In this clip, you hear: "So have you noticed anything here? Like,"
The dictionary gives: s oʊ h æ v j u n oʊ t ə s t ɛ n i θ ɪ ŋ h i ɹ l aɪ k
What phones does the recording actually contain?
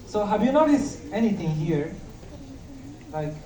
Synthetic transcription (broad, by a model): s oʊ h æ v j u n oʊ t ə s ɛ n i t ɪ ŋ h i ɹ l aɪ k